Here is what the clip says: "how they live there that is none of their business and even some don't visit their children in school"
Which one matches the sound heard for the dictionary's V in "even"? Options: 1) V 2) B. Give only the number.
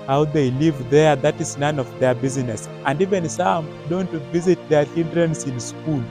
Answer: 1